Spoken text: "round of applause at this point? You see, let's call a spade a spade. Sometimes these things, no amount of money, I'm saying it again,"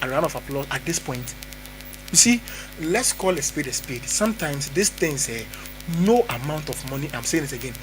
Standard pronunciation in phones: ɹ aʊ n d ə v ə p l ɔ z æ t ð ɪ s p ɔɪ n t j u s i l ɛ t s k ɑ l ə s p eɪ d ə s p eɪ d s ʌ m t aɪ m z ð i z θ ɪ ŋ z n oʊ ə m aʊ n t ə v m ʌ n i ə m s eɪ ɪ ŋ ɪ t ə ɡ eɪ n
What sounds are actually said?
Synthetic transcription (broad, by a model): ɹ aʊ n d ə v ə p l ɔ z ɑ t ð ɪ s p ɔɪ n t j u s i l ɛ t s k ɑ l ə s p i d ə s p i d s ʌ m t aɪ m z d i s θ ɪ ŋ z n oʊ ə m aʊ n t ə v m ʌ n i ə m s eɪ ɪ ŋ ɪ t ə ɡ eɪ n